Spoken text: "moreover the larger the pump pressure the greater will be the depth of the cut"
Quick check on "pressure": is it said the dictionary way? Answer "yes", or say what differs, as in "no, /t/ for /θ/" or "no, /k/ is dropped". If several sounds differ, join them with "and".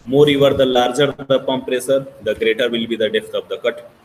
no, /s/ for /ʃ/